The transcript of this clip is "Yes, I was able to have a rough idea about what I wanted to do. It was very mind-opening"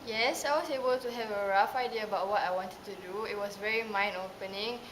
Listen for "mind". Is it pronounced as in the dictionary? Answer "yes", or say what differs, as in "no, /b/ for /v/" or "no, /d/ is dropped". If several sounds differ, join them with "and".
no, /d/ is dropped